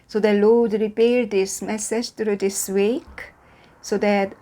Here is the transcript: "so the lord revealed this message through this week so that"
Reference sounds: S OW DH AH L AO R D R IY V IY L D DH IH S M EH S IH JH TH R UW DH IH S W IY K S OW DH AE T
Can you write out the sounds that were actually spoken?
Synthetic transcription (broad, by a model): S OW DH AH L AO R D R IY P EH D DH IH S M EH S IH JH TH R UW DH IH S W IY K S OW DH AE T